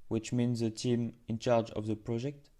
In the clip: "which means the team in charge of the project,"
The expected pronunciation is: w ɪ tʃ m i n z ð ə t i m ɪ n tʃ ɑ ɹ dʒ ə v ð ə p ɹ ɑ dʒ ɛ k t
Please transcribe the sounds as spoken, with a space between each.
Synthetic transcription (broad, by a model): w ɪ tʃ m i n z ð ə t i m ɪ n tʃ ɑ ɹ dʒ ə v ð ə p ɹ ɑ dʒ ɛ k t